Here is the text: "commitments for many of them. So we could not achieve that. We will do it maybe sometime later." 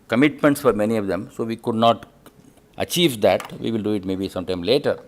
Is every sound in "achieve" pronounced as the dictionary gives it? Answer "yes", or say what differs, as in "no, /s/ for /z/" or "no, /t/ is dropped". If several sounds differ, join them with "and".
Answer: yes